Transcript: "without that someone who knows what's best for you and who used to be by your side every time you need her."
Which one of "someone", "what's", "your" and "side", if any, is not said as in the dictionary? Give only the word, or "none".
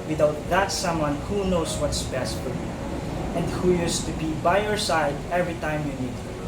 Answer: none